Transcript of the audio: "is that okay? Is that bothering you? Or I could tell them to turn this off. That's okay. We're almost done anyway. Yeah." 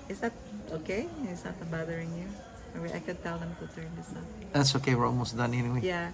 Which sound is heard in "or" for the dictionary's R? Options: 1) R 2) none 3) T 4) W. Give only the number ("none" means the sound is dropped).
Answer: 4